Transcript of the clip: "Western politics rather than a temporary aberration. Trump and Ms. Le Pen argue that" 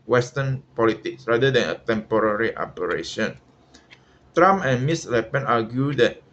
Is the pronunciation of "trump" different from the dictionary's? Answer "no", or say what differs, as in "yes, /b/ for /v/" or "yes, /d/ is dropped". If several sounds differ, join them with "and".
yes, /p/ is dropped